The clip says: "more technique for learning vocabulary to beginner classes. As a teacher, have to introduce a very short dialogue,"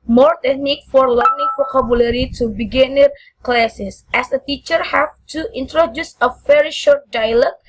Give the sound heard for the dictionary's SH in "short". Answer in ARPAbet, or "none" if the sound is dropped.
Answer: SH